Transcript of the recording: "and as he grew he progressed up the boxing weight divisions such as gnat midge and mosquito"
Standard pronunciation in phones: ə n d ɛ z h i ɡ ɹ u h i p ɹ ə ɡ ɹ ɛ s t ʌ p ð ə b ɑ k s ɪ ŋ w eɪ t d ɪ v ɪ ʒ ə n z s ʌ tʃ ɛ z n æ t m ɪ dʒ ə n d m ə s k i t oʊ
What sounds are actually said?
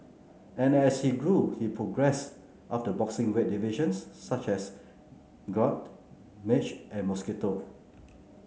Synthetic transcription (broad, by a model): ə n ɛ s h i ɡ ɹ u h i p ɹ ə ɡ ɹ ɛ s t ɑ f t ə b ɑ k s ɪ ŋ w eɪ t d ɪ v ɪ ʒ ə n s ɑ tʃ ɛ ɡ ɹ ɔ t m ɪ tʃ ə n m ə s k i t oʊ